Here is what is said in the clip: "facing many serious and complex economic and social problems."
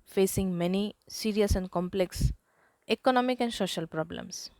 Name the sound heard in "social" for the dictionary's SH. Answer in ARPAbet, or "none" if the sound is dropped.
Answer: SH